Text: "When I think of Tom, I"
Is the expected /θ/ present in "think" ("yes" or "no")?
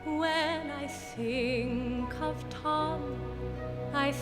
no